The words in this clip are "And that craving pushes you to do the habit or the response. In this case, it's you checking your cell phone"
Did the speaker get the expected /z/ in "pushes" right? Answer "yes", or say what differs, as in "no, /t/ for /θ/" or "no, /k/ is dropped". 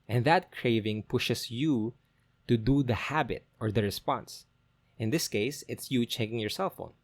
no, /s/ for /z/